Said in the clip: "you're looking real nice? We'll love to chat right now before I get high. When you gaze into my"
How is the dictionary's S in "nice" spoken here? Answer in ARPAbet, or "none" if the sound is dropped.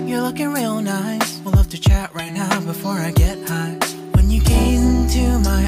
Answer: none